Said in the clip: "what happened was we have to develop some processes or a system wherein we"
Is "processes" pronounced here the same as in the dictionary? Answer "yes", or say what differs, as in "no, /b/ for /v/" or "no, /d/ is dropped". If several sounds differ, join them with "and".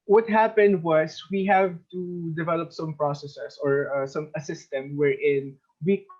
no, /s/ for /z/